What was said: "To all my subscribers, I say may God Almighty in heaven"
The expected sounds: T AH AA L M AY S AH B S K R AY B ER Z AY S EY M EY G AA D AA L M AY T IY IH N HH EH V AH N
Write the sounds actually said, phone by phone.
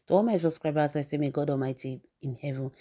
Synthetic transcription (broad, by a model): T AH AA N M AY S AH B S K R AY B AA S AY S EY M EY G AA D AA L M AY T IY IH N HH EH V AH N